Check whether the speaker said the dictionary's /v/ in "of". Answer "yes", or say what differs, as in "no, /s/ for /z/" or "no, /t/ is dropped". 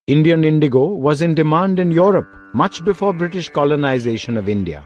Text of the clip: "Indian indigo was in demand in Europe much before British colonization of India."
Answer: yes